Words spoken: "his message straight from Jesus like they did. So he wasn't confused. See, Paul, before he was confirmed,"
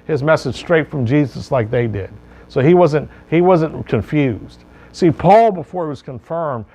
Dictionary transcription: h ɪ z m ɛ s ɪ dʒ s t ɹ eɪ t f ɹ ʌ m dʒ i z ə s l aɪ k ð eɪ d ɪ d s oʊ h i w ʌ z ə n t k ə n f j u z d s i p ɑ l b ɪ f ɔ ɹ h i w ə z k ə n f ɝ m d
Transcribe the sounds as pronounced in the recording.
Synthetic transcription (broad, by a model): h ɪ z m ɛ s ɪ dʒ s t ɹ eɪ t f ɹ ʌ m dʒ i z ə s l aɪ k ð eɪ d ɪ d s oʊ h i w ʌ z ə n t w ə n f j u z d s i p ɑ l b ɪ f ɔ ɹ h i w ə z k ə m f ɝ m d